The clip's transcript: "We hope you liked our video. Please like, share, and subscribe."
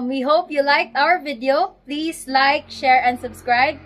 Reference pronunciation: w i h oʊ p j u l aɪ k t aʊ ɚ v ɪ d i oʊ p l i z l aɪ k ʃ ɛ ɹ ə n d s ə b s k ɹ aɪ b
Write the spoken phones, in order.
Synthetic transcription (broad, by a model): w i h oʊ p j u l aɪ k t aʊ ɚ v ɪ d i oʊ p l i s l aɪ k ʃ ɛ ɹ ə n d s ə b s k ɹ aɪ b